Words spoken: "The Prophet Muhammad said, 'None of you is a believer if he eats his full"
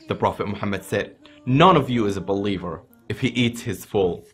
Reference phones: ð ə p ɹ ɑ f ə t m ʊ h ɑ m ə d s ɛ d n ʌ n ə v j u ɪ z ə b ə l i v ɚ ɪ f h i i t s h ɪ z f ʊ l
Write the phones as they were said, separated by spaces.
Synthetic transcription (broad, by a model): ð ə p ɹ ɑ f ə t m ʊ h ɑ m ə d s ɛ d n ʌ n ə v j ɪ z ə b ə l i v ɚ ɪ f h i i t s h ɪ z f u l